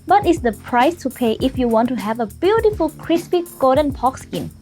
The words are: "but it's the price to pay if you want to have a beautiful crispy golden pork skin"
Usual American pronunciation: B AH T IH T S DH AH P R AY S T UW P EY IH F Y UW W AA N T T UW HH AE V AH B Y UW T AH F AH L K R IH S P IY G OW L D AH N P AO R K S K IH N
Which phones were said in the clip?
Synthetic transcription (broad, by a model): B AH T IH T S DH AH P R AY S T UW P EY IH F Y UW W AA N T T UW HH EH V AH B Y UW T AH F AH L K R IH S P IY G OW D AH N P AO K S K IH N